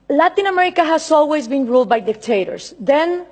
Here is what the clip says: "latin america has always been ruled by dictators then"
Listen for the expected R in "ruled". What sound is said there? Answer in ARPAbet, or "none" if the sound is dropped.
R